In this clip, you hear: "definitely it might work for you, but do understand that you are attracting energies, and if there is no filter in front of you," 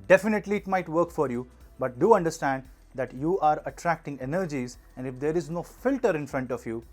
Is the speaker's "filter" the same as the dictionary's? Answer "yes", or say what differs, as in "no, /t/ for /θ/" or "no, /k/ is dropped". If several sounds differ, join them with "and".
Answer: yes